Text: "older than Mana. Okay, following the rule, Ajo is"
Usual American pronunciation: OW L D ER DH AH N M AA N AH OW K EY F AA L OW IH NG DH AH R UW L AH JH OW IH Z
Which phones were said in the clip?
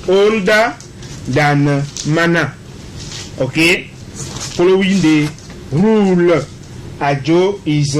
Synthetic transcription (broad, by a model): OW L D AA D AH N M AA N AH OW K EY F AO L OW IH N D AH R UW L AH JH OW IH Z